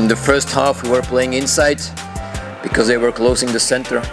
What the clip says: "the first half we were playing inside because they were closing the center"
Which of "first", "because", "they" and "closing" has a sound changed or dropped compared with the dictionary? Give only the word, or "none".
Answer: closing